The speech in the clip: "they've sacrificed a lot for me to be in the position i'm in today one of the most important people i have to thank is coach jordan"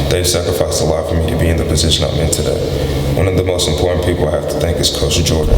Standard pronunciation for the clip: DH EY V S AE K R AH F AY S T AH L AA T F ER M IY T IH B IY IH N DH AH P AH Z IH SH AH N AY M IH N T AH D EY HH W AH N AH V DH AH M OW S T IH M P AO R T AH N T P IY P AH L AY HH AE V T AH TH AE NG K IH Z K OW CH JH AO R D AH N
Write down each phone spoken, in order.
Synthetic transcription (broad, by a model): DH EY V S AE K R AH F AY S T AH L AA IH F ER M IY T IH B IY IH N DH AH P AH Z IH SH AH N AY M IH N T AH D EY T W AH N AH V DH AH M OW S T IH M P AO R T N P IY P L HH AE F T AH TH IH NG K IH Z K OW S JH AO R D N